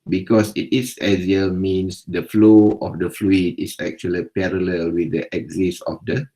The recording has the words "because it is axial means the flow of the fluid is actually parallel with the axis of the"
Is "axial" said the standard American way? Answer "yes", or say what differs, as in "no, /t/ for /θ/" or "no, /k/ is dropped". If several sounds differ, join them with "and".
no, /k/ is dropped